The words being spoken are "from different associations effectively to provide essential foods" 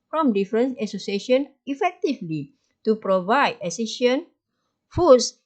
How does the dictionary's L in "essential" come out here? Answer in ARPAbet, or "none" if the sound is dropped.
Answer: N